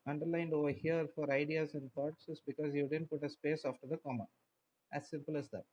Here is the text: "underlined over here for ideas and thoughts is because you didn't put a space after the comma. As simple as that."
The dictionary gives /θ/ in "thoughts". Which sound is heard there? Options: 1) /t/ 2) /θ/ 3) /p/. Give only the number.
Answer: 1